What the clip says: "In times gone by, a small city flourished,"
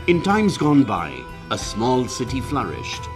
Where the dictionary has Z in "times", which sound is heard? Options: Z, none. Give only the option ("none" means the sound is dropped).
Z